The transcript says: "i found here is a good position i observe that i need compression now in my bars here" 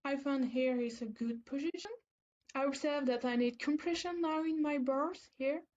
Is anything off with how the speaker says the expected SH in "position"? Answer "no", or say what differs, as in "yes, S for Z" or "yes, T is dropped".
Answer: no